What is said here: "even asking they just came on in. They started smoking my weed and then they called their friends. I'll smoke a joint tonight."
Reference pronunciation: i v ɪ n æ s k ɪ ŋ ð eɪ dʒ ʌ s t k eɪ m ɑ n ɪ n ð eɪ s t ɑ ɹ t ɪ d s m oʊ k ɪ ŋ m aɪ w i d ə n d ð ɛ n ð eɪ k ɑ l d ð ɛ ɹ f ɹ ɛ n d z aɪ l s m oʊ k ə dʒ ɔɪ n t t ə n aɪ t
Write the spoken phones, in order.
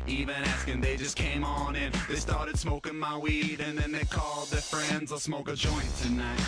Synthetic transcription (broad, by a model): i v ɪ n æ s k ɪ ŋ ð eɪ dʒ ʌ s k eɪ m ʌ n ɪ n ð eɪ s t ɑ ɹ t ɪ d s m oʊ k ɪ ŋ m aɪ w i d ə n ð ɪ n ð eɪ k ɑ l d ð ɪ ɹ f ɹ ɛ n d z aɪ s m oʊ k ə dʒ ɔɪ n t t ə n aɪ t